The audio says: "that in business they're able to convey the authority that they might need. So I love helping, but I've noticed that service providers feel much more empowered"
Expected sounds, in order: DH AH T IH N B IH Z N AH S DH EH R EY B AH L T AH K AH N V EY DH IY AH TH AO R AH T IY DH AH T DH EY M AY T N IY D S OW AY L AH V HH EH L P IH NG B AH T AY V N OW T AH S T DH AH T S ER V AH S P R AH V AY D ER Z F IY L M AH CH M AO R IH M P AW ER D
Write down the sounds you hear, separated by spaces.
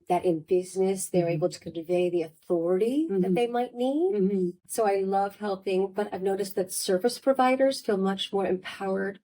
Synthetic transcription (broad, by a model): DH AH T IH N B IH Z N AH S DH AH R EY B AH L T AH K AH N V EY DH IY AH TH AO R AH T IY DH AH T DH EY M AY T N IY D S OW AY L AH V HH EH L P IH NG B AH T AY V N OW T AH S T DH AH T S ER V AH S P R AH V AY D ER Z F IY L M AH CH M AO R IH M P AW ER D